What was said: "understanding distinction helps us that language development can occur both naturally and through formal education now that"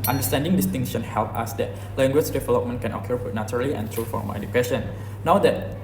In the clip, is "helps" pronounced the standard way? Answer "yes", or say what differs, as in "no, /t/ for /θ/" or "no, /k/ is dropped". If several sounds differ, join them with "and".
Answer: no, /s/ is dropped